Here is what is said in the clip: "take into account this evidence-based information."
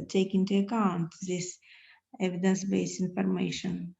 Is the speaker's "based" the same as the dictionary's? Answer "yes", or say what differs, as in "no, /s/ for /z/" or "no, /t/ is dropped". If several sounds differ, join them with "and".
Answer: no, /t/ is dropped